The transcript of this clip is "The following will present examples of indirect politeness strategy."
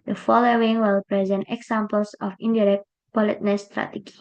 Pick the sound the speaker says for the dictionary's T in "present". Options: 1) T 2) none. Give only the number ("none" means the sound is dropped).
1